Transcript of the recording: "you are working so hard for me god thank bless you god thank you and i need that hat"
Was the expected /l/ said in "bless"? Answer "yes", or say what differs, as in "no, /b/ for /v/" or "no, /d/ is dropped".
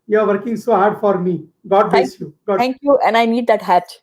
no, /l/ is dropped